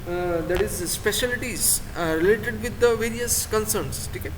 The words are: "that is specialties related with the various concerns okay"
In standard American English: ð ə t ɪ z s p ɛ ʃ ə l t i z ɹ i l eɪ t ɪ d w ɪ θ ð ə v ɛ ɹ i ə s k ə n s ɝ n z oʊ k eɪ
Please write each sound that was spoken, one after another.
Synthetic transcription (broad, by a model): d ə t ɪ z s p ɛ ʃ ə l t i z ɹ i l eɪ t ɪ d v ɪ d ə v ɛ ɹ i ə s k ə n s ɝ n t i k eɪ